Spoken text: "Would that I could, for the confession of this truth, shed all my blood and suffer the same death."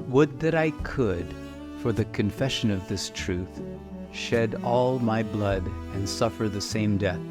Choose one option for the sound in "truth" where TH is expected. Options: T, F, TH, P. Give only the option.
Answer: TH